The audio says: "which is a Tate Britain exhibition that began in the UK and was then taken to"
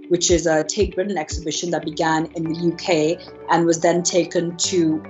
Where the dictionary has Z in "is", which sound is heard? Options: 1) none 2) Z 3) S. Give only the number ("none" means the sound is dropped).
2